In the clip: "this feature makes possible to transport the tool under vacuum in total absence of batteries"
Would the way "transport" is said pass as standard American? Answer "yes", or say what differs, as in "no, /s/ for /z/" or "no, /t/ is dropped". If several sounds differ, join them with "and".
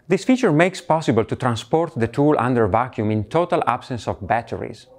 yes